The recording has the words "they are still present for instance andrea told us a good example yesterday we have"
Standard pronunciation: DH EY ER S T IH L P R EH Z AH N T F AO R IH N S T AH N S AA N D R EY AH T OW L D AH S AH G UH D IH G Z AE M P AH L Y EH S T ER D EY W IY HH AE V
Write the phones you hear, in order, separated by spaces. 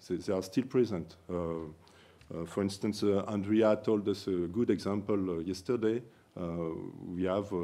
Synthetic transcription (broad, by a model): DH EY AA S T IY L P R EH Z AH N T F AO R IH N S T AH N S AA N D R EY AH T OW L D AH S AH G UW D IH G Z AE M P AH L Y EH S T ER D EY W IY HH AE V